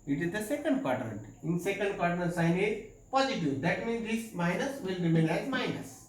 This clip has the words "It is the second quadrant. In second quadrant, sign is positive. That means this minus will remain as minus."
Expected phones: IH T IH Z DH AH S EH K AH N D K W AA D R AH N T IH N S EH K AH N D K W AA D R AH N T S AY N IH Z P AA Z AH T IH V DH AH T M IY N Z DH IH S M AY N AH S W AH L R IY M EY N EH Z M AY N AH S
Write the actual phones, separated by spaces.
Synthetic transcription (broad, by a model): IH T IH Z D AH S EH K AH N D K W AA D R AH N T IH N S EH K AH N D K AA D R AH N S AY N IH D P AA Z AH T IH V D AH T M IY N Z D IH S M AY N AH S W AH L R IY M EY L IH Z M AY N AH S